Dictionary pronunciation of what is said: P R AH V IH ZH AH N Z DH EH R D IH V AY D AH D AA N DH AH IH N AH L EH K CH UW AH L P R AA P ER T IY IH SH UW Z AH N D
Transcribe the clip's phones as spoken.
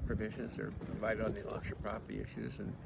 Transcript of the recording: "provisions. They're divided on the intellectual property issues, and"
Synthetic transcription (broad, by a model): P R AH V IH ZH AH N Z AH R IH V AY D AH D N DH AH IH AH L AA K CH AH P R AA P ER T IY IH SH UW Z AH N